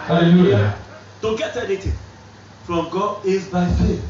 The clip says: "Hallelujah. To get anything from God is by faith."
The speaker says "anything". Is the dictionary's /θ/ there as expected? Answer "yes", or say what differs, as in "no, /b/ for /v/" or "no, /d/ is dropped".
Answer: no, /t/ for /θ/